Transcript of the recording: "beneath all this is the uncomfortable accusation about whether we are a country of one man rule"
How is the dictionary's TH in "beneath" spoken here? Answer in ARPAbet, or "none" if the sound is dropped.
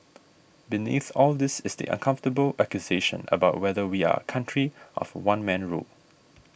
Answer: TH